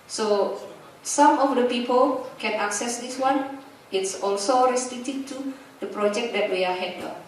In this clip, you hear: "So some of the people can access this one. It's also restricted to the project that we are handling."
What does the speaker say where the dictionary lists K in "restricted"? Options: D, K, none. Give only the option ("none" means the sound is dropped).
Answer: none